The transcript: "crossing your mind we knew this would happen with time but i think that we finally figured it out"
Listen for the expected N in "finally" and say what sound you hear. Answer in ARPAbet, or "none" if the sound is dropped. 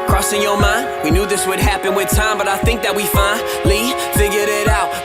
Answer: none